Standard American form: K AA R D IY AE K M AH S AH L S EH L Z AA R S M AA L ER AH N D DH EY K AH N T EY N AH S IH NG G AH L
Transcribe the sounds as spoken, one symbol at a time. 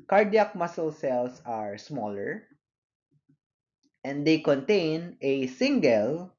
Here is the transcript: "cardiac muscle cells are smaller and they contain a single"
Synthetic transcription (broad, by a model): K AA R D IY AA K M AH S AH L S EH L S AA R S M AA L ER AH N D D EY K AH N T EY N AH S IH NG G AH L